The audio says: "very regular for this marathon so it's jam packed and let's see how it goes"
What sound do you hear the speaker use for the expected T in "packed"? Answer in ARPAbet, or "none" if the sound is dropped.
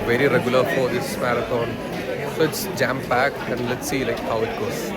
none